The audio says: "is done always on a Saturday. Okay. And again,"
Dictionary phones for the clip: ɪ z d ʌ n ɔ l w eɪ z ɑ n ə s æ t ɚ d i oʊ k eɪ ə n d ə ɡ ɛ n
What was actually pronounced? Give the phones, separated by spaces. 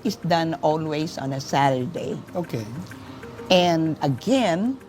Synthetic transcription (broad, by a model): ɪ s d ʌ n ɔ l w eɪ s ɑ n ə s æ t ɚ d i oʊ k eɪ ə n d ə ɡ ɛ n